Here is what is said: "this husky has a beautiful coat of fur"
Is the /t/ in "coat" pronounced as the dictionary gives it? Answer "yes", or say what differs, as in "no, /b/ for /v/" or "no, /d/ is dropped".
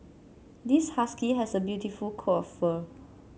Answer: no, /t/ is dropped